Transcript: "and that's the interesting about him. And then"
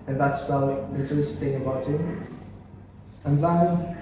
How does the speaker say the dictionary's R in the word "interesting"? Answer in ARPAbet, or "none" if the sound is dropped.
none